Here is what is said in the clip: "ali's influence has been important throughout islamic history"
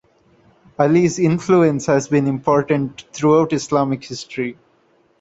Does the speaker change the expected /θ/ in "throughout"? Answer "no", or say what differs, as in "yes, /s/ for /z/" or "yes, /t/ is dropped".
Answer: yes, /t/ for /θ/